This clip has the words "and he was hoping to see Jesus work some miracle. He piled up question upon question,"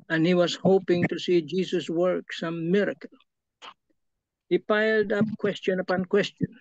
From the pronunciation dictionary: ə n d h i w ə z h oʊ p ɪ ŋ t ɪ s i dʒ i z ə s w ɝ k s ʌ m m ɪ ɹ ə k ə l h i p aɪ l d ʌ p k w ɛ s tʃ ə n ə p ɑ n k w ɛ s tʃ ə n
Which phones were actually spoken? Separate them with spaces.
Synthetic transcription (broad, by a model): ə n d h i w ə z h oʊ p ɪ ŋ t ɪ s i dʒ i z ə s w ɝ k s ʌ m m ɪ ɹ ə k ə l h i p aɪ l d ʌ p k w ɛ s tʃ ə n ə p ɑ n k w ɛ s tʃ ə n